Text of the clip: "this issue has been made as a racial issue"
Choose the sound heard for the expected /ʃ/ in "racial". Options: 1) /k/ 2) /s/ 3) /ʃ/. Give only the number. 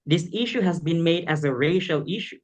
3